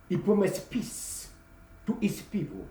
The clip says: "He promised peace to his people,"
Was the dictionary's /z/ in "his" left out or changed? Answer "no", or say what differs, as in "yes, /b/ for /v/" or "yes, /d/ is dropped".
yes, /s/ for /z/